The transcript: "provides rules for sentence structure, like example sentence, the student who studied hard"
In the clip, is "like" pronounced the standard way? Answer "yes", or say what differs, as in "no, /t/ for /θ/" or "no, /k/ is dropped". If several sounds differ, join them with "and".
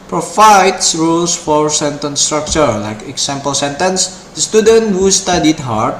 yes